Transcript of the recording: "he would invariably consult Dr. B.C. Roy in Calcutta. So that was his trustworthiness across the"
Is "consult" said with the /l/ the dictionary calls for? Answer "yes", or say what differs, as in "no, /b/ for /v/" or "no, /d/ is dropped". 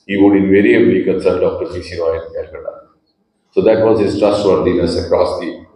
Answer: no, /l/ is dropped